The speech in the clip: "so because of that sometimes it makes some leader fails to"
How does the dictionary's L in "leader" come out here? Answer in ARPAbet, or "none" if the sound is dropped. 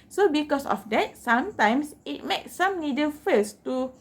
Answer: N